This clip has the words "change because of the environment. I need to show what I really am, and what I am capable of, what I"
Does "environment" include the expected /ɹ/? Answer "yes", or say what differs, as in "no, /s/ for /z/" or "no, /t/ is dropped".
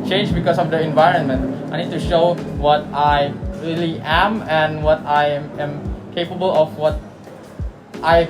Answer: yes